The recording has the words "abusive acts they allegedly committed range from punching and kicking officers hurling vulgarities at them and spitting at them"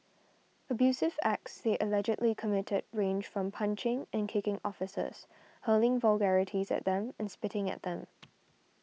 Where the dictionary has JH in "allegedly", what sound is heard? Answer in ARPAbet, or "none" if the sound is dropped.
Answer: JH